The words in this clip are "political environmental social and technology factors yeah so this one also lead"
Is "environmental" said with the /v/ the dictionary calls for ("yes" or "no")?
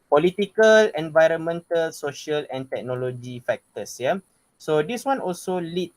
yes